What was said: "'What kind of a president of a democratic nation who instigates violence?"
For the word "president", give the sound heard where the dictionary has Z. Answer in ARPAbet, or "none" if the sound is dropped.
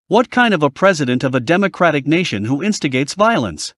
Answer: Z